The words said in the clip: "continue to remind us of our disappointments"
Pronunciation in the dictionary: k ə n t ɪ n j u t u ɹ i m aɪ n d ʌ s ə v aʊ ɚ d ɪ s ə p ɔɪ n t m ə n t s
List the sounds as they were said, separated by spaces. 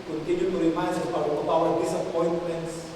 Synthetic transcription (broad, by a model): k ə n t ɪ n j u t u ɹ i m aɪ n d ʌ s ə b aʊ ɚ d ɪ s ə p ɔɪ n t m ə n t s